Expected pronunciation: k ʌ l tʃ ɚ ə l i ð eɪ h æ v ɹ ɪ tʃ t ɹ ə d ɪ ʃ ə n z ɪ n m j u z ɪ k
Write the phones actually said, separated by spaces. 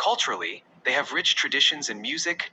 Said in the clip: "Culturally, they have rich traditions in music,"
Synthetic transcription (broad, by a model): ʌ l tʃ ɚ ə l i ð eɪ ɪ v ɹ ɪ tʃ t ɹ ə d ɪ ʃ ə n z ɪ n m j u z ɪ k